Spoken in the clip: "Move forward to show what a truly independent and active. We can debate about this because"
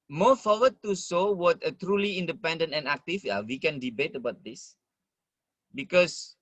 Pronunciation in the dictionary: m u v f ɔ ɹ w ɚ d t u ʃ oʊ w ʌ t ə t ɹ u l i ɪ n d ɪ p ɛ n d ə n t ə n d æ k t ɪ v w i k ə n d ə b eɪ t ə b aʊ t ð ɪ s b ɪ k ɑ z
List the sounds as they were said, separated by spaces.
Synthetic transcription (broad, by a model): m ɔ f ɔ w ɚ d t u s oʊ w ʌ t ə t ɹ u l i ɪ n d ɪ p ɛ n d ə n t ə n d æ k t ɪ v w i k ə n d ə b eɪ t ə b aʊ t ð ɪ s b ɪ k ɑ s